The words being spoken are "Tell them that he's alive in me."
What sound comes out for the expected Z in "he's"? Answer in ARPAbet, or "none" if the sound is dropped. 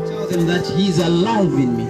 Z